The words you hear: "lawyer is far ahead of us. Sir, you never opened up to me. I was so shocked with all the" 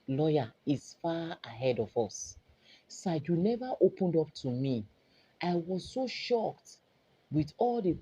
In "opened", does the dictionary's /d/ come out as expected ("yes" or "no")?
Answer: yes